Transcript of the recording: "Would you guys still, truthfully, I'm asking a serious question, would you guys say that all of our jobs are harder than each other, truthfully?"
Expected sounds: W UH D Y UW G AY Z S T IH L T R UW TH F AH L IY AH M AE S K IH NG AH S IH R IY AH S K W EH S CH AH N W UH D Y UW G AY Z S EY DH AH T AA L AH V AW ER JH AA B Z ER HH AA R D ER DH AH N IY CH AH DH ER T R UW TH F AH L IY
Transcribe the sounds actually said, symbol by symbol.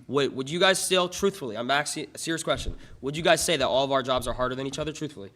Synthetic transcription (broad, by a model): W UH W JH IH G AY Z S T IH L T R UW TH F L IY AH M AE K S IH AH S IH R IY AH S K W EH S CH AH N W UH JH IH G AY Z S EY DH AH T AA L AH V AW ER JH AA B Z ER HH AA R D ER DH AH N IY CH AH DH ER T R UW TH F L IY